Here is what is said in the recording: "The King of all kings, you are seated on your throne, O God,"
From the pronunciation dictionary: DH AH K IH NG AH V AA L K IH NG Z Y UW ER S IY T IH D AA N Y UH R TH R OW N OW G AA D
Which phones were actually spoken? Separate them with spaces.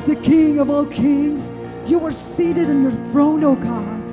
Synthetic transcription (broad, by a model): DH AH K IH NG AH V AA L K IH NG Z Y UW ER S IY T IH D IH N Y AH R TH R OW N OW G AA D